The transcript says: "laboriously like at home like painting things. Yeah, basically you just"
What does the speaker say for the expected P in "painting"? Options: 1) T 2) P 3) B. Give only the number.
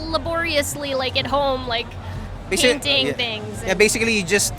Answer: 3